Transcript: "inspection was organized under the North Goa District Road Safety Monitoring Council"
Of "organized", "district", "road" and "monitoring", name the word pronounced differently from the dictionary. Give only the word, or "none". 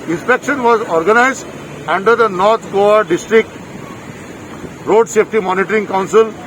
none